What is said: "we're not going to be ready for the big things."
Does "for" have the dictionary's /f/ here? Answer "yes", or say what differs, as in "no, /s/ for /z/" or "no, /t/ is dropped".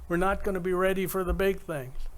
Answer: yes